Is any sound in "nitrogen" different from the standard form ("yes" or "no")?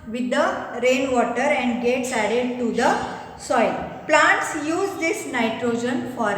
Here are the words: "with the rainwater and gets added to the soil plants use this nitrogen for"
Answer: no